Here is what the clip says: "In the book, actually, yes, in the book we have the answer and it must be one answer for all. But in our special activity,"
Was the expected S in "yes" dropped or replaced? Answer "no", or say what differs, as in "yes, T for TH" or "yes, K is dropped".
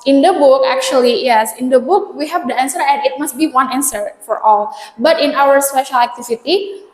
no